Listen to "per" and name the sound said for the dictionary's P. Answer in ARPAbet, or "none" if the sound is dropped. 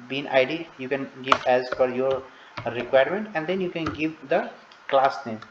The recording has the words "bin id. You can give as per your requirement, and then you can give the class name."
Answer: F